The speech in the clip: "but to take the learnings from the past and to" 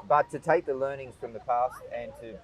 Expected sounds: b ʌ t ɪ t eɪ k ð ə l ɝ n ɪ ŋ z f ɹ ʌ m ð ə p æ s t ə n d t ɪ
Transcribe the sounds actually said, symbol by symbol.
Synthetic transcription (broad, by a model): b ʌ t ɪ t eɪ k ð ə l ɝ n ɪ ŋ z f ɹ ʌ m ð ə p æ s t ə n t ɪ